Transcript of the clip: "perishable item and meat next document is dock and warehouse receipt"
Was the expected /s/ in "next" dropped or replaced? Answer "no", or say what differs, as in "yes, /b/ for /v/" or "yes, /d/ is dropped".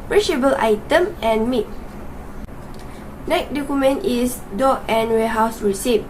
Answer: yes, /s/ is dropped